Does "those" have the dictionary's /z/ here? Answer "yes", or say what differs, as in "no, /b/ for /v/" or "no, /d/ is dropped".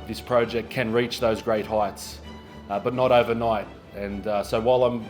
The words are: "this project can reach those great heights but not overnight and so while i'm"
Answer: yes